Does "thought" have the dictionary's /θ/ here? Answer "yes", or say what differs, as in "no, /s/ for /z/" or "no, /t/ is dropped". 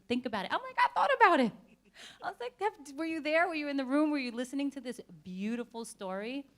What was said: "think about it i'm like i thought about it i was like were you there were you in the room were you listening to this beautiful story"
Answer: yes